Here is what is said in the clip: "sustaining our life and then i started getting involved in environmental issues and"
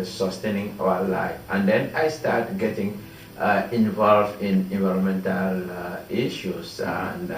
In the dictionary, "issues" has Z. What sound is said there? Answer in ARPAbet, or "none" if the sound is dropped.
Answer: S